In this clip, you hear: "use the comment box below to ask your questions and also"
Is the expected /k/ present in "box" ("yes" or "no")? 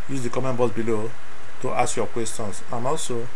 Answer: no